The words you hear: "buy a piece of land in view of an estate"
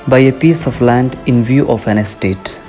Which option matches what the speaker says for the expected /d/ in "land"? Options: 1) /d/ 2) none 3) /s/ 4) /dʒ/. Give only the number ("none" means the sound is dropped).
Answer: 1